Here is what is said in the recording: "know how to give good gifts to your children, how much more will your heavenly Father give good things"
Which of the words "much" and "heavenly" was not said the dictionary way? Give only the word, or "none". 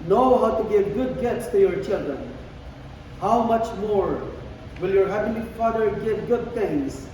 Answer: heavenly